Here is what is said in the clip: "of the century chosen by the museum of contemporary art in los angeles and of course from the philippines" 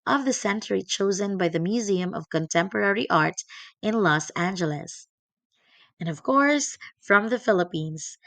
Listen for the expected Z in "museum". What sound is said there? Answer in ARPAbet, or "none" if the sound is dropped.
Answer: Z